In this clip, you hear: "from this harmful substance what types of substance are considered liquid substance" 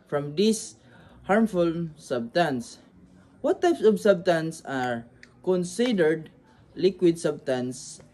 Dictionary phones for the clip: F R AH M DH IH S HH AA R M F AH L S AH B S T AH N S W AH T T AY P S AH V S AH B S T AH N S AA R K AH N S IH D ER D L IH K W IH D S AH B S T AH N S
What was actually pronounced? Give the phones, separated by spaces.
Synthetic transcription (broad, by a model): F R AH M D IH S HH AA R M F AH L S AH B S T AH N S W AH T T AY P S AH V S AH B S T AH N S AA R K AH N S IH D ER D L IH K W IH D S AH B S T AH N S